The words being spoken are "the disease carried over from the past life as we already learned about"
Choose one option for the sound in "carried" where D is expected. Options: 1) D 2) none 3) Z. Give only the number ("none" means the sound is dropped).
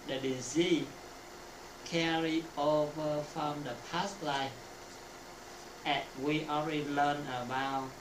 2